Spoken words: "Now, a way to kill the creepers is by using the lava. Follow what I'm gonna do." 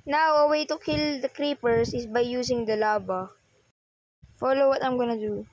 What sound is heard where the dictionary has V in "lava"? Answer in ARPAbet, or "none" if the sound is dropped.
B